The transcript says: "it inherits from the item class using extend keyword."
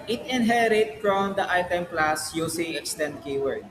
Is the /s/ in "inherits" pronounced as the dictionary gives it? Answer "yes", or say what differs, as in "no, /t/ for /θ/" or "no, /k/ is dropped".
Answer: no, /s/ is dropped